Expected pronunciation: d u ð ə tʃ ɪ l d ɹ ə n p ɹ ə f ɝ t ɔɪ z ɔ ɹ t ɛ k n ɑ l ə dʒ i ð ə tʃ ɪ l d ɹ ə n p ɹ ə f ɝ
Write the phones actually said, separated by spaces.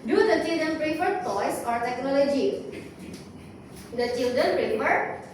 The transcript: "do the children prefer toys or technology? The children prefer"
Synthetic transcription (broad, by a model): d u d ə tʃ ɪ l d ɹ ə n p ɹ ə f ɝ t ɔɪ s ɔ ɹ t ɛ k n ɑ l ə dʒ i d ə tʃ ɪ l d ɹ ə n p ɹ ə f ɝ